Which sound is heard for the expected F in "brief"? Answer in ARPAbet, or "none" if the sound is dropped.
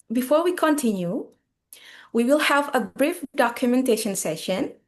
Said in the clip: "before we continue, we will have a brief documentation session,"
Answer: F